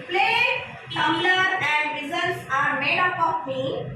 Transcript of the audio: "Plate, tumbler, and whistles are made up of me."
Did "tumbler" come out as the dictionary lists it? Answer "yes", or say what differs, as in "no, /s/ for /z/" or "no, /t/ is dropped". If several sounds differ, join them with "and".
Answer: no, /b/ is dropped